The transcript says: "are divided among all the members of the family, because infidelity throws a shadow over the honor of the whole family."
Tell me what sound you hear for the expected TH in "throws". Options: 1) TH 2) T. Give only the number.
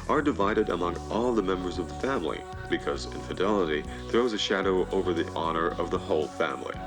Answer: 1